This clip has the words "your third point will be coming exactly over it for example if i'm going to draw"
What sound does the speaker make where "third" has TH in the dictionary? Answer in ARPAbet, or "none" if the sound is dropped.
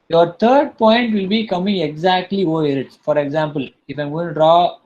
T